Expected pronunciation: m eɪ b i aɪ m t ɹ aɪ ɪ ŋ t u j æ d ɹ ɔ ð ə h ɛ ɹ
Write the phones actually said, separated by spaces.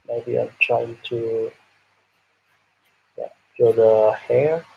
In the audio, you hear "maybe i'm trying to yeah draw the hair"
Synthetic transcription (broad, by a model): m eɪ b i aɪ m t ɹ aɪ ɪ ŋ t u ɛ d ɔ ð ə h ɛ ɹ